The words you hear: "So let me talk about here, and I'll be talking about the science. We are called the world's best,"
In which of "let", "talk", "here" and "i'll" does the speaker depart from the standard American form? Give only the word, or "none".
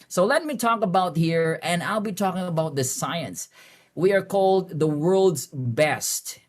none